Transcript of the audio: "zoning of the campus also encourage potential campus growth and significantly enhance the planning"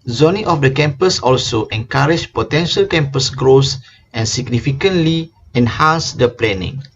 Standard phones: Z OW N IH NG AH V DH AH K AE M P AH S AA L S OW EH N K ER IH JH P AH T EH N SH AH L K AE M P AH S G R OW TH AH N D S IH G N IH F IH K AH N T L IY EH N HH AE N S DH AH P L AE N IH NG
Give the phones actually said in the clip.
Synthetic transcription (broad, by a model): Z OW N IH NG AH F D AH K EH M P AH S AA L S OW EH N K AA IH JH P AH T EH N SH AH L K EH M P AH S G R OW S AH N S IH G N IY F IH K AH N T L IY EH N HH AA N S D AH P L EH N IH NG